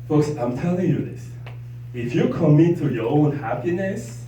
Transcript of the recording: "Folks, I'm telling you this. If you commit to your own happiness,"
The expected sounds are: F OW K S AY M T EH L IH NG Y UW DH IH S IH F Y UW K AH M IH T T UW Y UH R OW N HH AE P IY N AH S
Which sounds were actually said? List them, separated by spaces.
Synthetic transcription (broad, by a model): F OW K S AY M T EH L IH NG Y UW DH IH S IH F Y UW K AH M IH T T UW Y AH R OW N HH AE P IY N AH S